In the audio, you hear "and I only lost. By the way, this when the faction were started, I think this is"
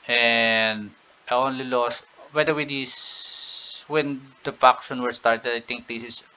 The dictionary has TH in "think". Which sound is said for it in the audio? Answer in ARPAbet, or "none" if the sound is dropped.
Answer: T